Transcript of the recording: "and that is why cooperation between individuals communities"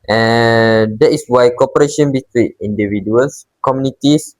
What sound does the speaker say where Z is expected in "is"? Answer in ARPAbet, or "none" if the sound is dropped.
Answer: S